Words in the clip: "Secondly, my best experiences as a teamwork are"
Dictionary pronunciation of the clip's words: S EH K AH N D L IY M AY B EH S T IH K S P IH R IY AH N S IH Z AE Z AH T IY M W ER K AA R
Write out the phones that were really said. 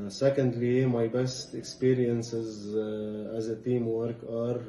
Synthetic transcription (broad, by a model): S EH K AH N D L IY M AY B EH S T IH K S P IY R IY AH N S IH Z AE Z AH T IY M W ER K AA R